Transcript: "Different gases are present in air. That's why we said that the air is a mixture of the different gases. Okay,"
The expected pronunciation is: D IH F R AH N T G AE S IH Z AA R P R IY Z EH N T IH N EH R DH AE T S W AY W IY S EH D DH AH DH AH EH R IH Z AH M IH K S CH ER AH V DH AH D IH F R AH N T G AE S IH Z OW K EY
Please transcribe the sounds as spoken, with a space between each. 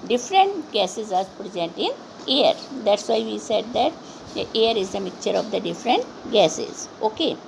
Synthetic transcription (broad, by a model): D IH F R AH N T G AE S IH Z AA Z P R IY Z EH N T IH N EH R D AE T S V AY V IY S EH D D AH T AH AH R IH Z AH M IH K CH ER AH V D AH D IH F R AH N T G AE S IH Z OW K EY